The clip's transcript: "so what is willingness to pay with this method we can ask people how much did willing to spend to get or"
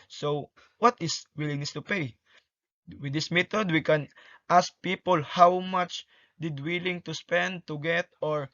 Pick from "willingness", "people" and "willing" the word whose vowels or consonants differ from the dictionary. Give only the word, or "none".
willingness